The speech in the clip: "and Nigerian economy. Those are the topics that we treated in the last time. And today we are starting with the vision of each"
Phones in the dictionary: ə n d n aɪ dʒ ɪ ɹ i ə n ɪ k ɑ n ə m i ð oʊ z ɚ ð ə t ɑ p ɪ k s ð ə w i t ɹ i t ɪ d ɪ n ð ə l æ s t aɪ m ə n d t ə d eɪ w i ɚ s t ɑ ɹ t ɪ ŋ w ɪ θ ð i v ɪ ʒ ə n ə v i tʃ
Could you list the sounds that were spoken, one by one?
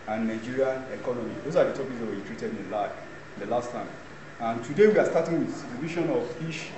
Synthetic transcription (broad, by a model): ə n n aɪ dʒ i ɹ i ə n ɪ k ɑ n ə m i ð oʊ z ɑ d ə t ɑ p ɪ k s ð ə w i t ɹ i t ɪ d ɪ n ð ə l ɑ s t aɪ m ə n t ə d eɪ w i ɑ s t ɑ t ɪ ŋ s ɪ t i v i ʃ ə n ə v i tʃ